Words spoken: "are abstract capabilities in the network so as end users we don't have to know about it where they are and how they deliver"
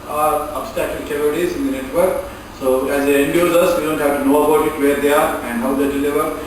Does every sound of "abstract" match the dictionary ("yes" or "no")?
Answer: no